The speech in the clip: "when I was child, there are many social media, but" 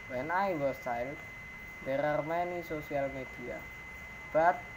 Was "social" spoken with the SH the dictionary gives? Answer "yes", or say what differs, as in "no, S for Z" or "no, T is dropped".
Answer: no, S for SH